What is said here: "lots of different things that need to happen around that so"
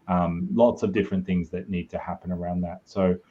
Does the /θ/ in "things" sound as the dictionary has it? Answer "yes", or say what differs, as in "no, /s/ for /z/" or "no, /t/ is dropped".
yes